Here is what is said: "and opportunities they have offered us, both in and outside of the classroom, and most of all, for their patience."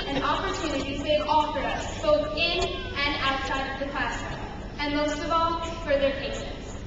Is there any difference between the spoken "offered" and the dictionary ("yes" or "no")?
yes